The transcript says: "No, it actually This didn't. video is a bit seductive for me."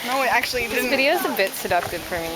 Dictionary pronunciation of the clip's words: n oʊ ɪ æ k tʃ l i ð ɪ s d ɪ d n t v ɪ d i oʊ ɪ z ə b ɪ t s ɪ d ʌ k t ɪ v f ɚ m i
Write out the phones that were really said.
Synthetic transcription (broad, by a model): n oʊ ɪ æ k tʃ i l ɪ d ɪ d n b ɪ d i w ɪ z ə b ɪ t s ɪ d ʌ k t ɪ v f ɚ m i